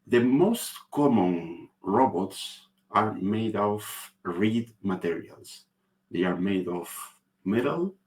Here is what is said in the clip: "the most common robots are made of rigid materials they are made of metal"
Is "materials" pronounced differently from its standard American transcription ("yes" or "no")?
yes